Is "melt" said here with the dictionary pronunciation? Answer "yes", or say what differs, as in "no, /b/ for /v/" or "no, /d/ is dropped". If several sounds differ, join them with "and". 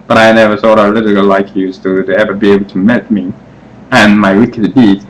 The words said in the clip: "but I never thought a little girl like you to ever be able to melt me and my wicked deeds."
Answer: no, /l/ is dropped